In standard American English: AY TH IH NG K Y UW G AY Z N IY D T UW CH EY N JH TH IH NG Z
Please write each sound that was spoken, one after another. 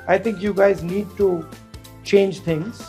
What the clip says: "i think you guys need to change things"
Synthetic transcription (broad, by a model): AY T IH NG K Y UW G AY Z N IY D T UW CH EY N JH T IH NG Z